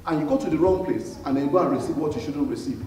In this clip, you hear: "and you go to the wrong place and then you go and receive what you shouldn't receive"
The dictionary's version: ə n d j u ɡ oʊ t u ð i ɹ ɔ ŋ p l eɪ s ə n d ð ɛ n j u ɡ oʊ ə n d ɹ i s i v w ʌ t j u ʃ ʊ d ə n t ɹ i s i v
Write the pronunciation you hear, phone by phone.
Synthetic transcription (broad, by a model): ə n j u ɡ oʊ t u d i ɹ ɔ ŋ p l eɪ s ə n d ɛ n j ɡ oʊ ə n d ɹ i s i v w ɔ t j u ʃ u d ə n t ɹ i s i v